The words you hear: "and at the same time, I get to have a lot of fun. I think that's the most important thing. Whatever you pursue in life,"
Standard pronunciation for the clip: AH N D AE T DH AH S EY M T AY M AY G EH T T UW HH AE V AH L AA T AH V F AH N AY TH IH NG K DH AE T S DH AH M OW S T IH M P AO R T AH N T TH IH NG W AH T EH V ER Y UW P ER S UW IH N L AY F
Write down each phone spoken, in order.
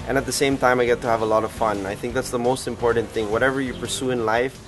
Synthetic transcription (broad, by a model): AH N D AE T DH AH S EY M T AY M AY G EH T T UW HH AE V AH L AA T AH V F AH N AY TH IH NG K DH AE T S DH AH M OW S T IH M P AO R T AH N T TH IH NG W AH T EH V ER Y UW P ER S UW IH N L AY F